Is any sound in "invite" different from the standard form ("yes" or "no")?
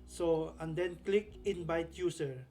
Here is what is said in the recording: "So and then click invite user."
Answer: yes